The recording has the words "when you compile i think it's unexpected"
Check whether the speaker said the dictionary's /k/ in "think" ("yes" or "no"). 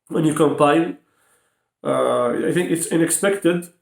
yes